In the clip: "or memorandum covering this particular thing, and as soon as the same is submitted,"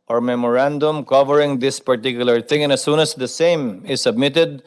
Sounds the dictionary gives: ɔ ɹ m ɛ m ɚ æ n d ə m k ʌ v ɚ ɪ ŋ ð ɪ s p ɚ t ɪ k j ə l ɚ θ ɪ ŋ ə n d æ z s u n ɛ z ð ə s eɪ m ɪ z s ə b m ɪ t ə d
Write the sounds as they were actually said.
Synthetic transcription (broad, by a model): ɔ ɹ m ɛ m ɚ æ n d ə m k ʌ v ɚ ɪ ŋ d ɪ s p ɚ t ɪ k j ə l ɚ t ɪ ŋ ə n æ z s u n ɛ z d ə s eɪ m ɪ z s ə b m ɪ t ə d